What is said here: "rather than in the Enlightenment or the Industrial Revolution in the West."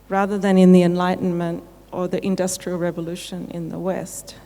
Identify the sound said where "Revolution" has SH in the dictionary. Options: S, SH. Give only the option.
SH